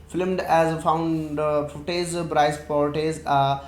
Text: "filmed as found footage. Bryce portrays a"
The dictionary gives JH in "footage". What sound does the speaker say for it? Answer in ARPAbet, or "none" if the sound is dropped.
Z